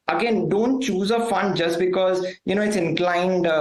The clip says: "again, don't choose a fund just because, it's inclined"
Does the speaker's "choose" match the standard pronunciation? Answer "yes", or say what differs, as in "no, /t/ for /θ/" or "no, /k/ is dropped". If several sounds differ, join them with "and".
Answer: yes